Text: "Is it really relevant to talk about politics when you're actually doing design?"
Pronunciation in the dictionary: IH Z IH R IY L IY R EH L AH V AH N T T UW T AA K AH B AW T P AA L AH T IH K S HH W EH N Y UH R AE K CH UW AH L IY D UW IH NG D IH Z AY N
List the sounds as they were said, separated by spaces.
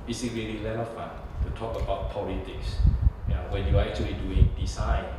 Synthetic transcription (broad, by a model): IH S IH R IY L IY L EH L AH F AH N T T UW T AA K AH B AW T P AA L AH T IH K S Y W EH N Y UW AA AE K CH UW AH L IY D UW IH NG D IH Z AY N